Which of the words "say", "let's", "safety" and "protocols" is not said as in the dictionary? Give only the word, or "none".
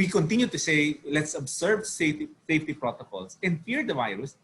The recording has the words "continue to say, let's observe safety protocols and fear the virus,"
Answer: protocols